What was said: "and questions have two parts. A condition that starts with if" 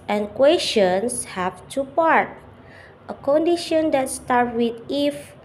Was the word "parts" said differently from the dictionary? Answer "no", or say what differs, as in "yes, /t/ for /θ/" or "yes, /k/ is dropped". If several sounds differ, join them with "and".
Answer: yes, /s/ is dropped